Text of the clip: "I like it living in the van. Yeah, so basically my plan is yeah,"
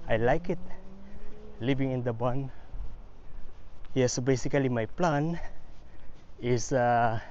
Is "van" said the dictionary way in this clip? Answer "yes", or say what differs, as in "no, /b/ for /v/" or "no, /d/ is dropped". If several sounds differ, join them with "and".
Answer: no, /b/ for /v/